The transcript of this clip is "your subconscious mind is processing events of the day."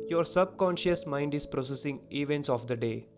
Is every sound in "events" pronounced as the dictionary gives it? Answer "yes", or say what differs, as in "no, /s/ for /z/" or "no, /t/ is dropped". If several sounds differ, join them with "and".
yes